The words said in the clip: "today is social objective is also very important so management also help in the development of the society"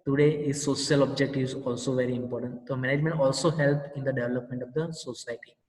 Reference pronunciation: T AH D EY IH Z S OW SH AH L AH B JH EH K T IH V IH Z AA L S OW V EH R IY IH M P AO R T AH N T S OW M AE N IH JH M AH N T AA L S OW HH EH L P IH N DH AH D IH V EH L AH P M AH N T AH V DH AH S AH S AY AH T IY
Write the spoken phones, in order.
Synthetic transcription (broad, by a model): T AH D EY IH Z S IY AH L AH B JH EH K T IH V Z AA L S OW V EH R IY IH M P AO R T AH N T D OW M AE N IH JH M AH N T AA L S OW HH EH L P IH N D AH D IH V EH L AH P M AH N T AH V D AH S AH S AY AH T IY